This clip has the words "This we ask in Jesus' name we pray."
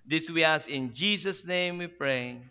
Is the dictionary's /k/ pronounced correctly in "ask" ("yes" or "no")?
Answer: no